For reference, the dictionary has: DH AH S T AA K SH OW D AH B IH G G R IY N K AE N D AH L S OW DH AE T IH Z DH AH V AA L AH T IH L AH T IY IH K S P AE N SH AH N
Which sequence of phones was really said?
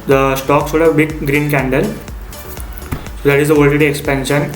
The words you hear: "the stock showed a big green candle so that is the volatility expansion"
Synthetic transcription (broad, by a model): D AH S T AA K S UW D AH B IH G G R IY N K AE N D AH L S OW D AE T IH Z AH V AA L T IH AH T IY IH K S P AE N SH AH N